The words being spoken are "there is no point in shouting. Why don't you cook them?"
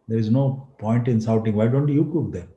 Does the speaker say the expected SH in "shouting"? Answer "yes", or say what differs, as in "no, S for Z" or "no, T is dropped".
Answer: no, S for SH